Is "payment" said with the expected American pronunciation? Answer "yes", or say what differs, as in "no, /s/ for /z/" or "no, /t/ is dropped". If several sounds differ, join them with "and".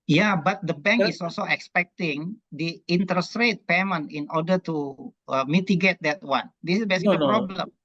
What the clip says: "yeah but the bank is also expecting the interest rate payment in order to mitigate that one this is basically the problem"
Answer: no, /t/ is dropped